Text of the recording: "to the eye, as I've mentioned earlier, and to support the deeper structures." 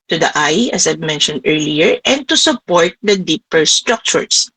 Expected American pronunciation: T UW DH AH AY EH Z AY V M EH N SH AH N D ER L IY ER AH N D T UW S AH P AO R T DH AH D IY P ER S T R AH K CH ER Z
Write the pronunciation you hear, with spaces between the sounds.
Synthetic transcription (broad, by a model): T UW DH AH AY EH S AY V M EH N SH AH N D ER L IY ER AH N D T UW S AH P AO R T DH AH D IY P ER S T R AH K CH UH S